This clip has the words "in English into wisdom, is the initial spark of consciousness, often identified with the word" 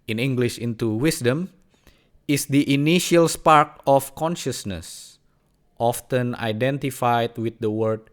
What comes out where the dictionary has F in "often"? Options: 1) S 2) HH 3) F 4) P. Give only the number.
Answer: 3